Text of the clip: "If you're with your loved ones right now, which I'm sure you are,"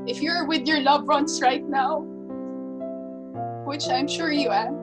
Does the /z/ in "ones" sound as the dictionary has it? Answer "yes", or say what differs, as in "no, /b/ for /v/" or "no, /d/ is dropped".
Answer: no, /s/ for /z/